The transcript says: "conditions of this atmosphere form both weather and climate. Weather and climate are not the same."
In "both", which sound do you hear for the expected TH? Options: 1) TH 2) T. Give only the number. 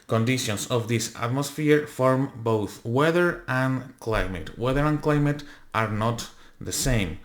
1